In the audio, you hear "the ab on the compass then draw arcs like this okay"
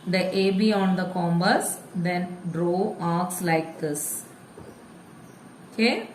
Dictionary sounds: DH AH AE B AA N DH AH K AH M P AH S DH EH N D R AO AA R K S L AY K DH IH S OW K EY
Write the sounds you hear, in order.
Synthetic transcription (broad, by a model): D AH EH B AA N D AH K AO M B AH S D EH N D R AO AA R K S L AY K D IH S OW K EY